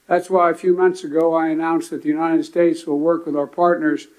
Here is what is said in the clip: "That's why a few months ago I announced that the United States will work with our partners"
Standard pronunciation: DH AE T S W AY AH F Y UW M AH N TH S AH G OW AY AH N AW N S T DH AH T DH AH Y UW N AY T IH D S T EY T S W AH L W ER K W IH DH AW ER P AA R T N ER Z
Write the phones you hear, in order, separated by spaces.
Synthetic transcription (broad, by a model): DH AE T S W AY AH F Y UW M AH N TH S AH G OW AY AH N AW N S DH AH T DH AH Y UW N AY T IH D S T EY T S W AH L W ER K W IH DH AW ER P AA R T N ER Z